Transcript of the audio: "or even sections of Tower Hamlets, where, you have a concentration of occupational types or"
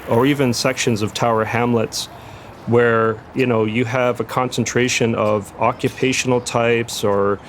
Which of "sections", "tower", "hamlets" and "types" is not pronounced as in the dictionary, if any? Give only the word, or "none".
none